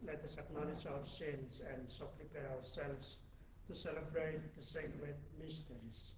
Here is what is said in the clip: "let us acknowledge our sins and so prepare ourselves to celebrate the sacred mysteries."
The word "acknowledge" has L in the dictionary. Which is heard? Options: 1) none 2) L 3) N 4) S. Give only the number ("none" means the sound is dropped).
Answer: 3